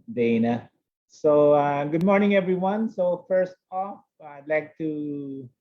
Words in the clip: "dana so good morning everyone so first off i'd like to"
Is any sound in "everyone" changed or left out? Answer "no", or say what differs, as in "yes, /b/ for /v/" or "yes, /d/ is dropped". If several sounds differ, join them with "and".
no